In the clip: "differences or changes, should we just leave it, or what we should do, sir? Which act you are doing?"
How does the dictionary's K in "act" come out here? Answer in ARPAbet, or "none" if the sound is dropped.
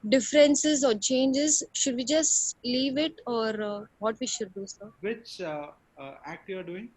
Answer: K